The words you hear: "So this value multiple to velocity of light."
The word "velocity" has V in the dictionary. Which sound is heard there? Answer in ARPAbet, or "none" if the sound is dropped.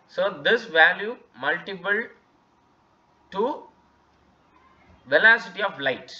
V